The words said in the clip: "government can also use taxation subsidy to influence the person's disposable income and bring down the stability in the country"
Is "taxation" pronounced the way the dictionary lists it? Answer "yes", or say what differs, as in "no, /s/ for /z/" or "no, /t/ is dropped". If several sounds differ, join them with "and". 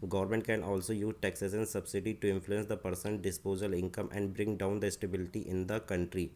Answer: no, /s/ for /ʃ/